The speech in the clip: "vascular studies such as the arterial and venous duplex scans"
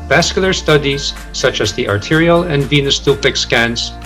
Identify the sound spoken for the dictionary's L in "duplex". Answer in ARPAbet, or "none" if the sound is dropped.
none